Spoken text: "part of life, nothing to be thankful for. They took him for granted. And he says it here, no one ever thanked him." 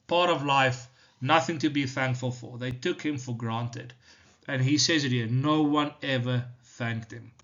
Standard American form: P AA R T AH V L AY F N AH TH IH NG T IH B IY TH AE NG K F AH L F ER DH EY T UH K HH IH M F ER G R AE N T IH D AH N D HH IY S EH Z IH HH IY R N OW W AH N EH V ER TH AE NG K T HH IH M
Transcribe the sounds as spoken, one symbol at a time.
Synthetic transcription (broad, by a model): P AA R T AH V L AY F N AH TH IH NG T IH B IY TH AE NG K F AH L F ER DH EY T UH K HH IH M F ER G R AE N T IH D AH N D HH IY S EH Z IH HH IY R N OW W AH N EH V ER TH AE NG K T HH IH M